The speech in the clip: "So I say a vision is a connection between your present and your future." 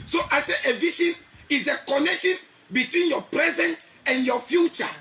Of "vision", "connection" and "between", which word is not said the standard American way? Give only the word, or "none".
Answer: vision